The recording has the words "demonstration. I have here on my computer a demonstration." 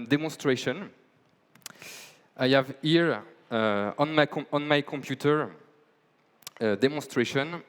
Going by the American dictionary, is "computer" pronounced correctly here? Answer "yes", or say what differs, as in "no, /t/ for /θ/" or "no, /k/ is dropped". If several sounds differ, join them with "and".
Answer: yes